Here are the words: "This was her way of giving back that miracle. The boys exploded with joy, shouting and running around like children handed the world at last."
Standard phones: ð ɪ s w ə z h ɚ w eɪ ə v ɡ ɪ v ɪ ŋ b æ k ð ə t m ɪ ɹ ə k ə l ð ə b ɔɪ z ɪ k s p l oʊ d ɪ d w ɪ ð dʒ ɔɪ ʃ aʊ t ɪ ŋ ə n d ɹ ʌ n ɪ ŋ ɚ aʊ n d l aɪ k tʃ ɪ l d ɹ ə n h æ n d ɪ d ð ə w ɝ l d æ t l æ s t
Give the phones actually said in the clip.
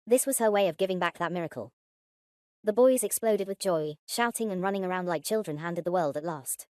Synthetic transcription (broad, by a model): ð ɪ s w ə z ɚ w eɪ ə v ɡ ɪ v ɪ ŋ b æ k ð ə t m ɪ ɹ ə k ə l ð ə b ɔɪ z ɪ k s p l oʊ d ɪ d w ɪ ð dʒ ɔɪ ʃ aʊ t ɪ ŋ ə n ɹ ʌ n ɪ ŋ ɚ aʊ n d l aɪ k tʃ ɪ l d ɹ ə n h æ n d ɪ d ð ə w ɝ l d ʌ t l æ s t